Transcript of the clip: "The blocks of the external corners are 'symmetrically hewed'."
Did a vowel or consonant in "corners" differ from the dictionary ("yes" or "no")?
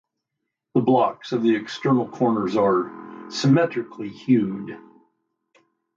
no